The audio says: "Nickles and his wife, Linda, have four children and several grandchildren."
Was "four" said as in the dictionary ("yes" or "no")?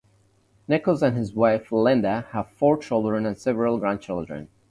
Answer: yes